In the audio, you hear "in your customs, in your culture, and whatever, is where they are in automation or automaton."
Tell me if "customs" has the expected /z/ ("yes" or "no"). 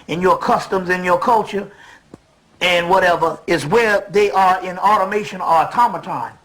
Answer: yes